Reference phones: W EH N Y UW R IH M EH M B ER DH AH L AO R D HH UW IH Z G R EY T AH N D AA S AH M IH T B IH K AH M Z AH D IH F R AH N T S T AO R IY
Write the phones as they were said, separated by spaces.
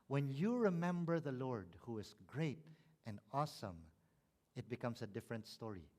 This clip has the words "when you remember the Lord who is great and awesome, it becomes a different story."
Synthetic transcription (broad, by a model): W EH N Y UW R IH M EH M B ER DH AH L AO R D HH UW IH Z G R EY T AH N D AA S AH M IH T B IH K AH M S AH D IH F R AH N T S T AO R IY